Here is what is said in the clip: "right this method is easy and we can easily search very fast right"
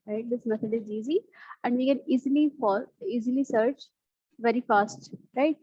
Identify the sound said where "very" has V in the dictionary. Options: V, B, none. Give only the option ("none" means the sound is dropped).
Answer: V